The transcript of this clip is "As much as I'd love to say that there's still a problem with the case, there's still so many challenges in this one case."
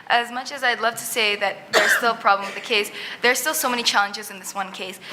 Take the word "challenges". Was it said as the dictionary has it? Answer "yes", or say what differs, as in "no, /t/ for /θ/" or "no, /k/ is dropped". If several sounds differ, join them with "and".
yes